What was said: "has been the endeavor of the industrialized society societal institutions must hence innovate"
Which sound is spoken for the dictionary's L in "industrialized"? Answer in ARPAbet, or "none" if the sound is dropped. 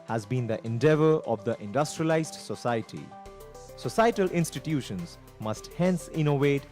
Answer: L